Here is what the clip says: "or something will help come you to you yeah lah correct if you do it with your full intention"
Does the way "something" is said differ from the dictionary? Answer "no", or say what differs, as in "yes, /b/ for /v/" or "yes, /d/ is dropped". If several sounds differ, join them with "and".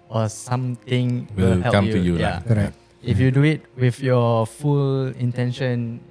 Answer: yes, /t/ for /θ/